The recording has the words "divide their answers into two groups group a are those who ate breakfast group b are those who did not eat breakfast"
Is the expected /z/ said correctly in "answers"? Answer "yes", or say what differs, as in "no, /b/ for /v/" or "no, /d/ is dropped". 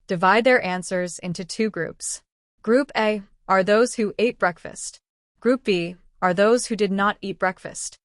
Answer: yes